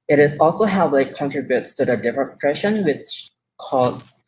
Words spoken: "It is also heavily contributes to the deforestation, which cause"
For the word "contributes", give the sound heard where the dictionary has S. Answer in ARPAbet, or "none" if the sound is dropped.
S